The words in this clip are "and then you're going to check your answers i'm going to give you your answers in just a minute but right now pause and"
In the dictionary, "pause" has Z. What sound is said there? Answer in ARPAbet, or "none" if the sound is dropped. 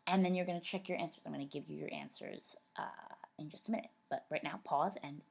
Z